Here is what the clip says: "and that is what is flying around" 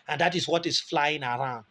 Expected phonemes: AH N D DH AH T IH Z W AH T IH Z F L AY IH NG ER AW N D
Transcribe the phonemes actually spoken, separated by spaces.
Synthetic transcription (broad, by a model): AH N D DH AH T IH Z W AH T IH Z F L AY IH NG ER AW N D